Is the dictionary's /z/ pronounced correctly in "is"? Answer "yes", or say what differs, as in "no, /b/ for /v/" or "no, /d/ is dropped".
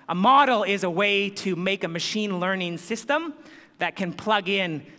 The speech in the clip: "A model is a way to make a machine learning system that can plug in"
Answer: yes